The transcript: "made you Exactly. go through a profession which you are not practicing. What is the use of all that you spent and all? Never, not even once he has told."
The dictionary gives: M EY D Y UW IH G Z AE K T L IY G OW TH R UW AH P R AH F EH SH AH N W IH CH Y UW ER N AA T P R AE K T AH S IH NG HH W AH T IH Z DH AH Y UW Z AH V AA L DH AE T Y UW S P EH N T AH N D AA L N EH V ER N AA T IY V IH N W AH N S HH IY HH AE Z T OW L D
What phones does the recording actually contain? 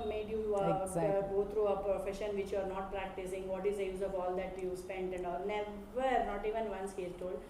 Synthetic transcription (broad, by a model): M EY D Y UW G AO T R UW AH P R AH F EH SH AH N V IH CH Y UW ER N AA T P R AE K T AH S IH NG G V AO T IH Z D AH Y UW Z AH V AA L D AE T Y UW S P EH N T AH N D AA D N EH V ER N AA T IY V IH N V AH N S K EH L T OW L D